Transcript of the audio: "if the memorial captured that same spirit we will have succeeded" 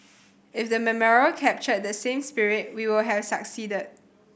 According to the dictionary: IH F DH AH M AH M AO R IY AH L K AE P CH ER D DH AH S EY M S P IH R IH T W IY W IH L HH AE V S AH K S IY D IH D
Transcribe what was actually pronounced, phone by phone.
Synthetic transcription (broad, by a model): IH F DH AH M AH M AO R IY AH L K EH P CH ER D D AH S EY M S P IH R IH T W IY W IH L HH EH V S AH K S IY D IH D